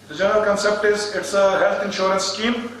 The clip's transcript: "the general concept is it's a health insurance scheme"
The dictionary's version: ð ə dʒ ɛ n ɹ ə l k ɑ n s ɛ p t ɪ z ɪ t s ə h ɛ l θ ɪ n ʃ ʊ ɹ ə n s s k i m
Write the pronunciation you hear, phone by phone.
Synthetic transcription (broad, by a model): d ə dʒ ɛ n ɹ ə l k ɑ n s ɛ p t ɪ z ɪ t s ə h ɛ l t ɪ n ʃ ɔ ɹ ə n s s k i m